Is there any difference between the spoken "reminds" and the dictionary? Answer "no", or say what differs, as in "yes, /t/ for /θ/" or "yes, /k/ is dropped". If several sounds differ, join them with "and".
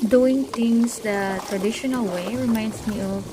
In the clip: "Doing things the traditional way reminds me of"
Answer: yes, /s/ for /z/